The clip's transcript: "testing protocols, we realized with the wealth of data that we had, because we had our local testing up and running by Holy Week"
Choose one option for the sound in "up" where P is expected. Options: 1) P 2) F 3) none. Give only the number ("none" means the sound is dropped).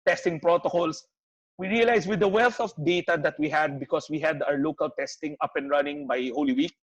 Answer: 1